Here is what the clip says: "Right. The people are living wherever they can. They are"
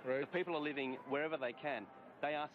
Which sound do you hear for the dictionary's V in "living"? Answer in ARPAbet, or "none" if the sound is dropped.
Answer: V